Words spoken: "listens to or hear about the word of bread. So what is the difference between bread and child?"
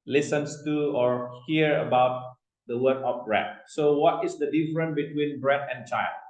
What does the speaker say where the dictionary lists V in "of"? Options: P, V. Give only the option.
P